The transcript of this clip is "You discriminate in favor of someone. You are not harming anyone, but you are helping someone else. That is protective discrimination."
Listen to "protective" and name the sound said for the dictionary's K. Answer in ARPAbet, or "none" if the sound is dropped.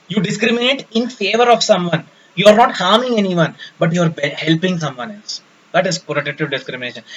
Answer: none